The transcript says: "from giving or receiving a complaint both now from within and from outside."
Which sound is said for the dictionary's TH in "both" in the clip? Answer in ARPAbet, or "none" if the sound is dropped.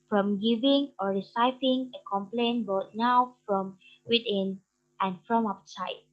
T